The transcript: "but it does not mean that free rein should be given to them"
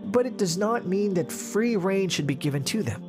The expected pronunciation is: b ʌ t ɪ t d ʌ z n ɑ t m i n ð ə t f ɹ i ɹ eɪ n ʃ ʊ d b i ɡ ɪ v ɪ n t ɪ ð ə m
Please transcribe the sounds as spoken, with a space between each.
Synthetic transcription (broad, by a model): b ʌ t ɪ t d ʌ z n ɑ t m i n ð ə t f ɹ i ɹ eɪ n ʃ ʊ d b i ɡ ɪ v ɪ n t ɪ ð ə m